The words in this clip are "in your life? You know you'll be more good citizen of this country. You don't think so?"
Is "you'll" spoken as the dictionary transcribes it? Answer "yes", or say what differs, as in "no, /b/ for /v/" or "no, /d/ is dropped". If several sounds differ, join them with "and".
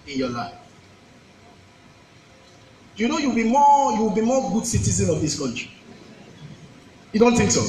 no, /w/ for /l/